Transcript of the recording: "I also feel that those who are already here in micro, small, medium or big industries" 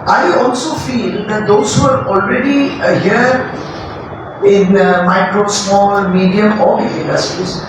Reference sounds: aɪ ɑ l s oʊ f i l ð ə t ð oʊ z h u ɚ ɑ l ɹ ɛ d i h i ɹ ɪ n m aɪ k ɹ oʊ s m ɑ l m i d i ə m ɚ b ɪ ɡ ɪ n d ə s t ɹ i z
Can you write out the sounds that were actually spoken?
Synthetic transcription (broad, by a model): aɪ ɑ l s oʊ f i l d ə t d oʊ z h u ɚ ɑ l ɹ ɛ d i h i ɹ ɪ n m aɪ k ɹ oʊ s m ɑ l m i d i ə m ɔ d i ɪ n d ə s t ɹ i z